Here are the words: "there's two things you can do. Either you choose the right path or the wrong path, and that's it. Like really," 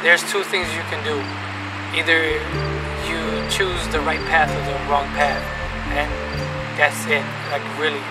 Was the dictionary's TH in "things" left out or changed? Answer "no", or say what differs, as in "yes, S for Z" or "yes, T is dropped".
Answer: no